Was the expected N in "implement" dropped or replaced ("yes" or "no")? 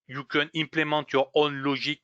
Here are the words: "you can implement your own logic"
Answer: yes